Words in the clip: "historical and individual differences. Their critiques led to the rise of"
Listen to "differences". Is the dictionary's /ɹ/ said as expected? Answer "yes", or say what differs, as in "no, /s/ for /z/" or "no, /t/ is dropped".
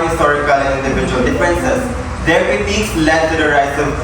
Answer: no, /ɹ/ is dropped